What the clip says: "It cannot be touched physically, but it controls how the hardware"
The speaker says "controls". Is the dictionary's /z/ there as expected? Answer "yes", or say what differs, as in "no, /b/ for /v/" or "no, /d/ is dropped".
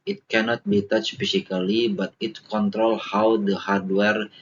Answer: no, /z/ is dropped